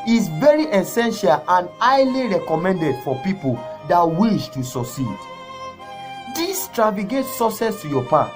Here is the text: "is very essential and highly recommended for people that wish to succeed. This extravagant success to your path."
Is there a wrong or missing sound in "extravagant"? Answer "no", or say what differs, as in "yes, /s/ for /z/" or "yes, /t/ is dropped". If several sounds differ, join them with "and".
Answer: yes, /n/ is dropped